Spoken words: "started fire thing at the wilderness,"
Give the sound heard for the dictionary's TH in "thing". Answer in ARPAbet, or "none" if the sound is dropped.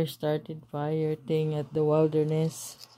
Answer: T